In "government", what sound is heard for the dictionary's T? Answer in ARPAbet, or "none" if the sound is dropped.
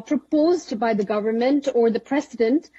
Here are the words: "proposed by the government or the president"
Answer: T